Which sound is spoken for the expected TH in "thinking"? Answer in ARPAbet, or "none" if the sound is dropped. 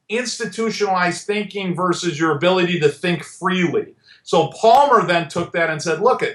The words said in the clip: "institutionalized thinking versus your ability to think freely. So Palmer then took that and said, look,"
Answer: TH